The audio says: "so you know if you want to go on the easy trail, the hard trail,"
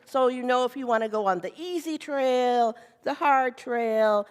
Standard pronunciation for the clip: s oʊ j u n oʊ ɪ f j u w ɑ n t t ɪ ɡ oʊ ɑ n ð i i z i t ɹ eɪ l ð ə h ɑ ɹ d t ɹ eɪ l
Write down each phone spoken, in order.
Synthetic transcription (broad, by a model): s oʊ j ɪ n oʊ ɪ f j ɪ w ɑ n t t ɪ ɡ oʊ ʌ n ð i i z i t ɹ eɪ l ð ə h ɑ ɹ d t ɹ eɪ l